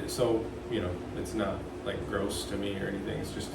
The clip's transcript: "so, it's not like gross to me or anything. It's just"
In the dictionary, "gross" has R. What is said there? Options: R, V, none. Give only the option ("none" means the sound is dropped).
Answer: R